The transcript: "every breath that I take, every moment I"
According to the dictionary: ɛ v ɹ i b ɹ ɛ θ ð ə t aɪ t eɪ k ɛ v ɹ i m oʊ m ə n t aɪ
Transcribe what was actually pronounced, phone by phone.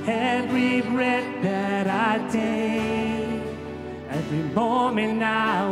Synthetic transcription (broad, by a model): ɛ v ɹ i b ɹ ɛ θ ð ə t aɪ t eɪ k ɛ v ɹ i m oʊ m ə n aɪ